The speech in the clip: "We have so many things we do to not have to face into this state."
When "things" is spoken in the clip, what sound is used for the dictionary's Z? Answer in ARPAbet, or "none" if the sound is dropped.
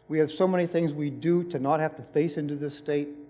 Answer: Z